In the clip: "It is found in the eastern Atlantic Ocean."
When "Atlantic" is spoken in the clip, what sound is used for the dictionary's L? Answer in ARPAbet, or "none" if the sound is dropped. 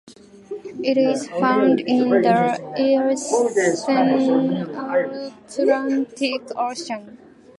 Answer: none